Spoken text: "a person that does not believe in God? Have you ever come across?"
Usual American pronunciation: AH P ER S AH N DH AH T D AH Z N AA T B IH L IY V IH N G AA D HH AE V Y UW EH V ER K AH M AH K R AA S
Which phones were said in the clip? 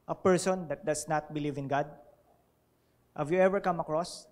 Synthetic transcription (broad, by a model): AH P ER S AH N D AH T D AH S N AA T B IH L IY V IH N G AA D HH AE V Y UW EH V ER K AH M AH K R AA S